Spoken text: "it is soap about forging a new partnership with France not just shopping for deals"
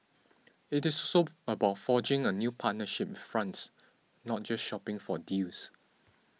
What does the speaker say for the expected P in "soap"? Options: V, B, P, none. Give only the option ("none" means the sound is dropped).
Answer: none